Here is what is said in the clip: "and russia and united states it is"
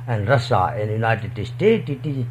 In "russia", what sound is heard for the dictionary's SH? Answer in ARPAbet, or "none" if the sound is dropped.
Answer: S